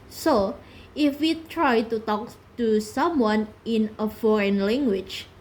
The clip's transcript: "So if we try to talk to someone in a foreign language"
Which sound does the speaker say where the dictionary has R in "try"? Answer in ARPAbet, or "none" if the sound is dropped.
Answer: R